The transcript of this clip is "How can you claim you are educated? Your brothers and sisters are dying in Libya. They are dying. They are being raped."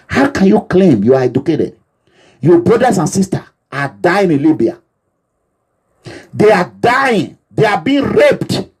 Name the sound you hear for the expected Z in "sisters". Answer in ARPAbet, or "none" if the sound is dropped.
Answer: none